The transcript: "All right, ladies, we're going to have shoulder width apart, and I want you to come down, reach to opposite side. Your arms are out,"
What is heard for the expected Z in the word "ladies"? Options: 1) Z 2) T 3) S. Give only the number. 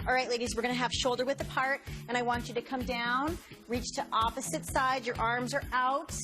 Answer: 1